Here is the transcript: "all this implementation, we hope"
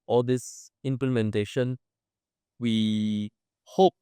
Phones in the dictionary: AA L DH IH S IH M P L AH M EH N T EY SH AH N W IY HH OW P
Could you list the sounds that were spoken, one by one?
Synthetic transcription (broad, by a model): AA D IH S IH M P L AH M EH N T EY SH AH N W IY HH OW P